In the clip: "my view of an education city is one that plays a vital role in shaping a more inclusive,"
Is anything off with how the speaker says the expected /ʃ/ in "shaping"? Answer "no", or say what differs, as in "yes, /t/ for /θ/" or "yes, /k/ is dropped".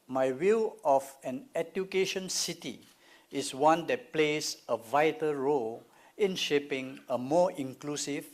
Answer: no